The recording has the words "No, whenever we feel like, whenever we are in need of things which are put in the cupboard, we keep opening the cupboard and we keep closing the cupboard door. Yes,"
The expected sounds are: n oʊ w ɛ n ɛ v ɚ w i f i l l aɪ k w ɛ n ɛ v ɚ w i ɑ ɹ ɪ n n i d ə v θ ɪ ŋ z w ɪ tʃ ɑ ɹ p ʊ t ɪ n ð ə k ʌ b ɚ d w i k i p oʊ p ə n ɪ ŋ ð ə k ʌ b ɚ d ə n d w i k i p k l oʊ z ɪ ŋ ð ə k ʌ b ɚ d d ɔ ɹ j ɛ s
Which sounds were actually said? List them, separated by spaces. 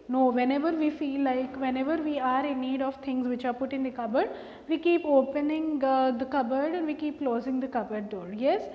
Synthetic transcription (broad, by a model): n oʊ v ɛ n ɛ v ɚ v i f i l l aɪ k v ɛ n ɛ v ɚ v i ɑ ɹ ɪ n n i d ə v t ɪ ŋ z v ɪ tʃ ɑ ɹ p ʊ t ɪ n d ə k ʌ b ɚ d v i k i p oʊ p ə n ɪ ŋ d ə k ʌ b ɚ d ə n d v i k i p k l oʊ z ɪ ŋ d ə k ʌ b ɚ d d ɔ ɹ j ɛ s